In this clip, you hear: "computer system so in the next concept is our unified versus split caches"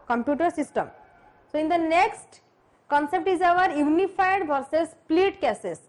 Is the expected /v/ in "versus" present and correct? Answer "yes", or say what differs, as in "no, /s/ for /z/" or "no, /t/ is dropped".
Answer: no, /b/ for /v/